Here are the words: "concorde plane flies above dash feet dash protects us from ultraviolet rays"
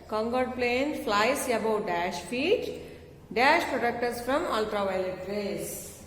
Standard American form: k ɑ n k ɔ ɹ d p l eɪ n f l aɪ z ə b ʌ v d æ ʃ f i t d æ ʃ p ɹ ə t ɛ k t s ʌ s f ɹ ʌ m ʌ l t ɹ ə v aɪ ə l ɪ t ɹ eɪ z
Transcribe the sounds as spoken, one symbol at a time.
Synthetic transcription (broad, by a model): k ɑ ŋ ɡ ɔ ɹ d p l eɪ n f l aɪ s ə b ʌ d æ ʃ f i t d æ ʃ p ɹ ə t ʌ k t ʌ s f ɹ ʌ m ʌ l t ɹ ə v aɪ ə l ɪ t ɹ eɪ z